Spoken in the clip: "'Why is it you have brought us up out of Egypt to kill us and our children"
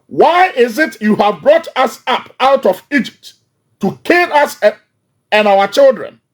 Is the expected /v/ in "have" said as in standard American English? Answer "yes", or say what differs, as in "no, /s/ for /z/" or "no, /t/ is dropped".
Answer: yes